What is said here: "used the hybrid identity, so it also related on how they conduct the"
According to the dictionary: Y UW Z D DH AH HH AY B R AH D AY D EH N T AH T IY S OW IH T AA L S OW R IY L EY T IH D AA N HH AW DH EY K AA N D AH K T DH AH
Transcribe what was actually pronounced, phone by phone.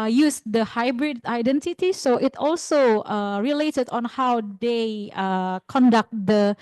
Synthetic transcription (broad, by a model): Y UW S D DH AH HH AY B R AH D AY D EH N T AH T IY S OW IH T AA L S OW R IY L EY T IH D AA N HH AW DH EY K AA N D AH K T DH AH